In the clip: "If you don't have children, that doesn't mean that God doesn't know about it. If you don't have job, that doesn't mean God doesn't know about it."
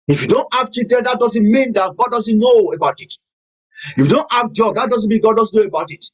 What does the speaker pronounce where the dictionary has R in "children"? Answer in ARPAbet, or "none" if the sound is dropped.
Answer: none